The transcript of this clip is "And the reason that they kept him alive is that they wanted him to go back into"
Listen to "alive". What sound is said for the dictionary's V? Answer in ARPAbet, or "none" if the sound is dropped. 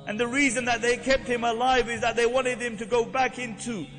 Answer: V